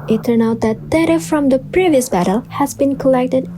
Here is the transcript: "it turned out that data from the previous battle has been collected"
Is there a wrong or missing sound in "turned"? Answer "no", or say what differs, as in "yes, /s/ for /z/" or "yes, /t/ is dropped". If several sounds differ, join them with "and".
yes, /d/ is dropped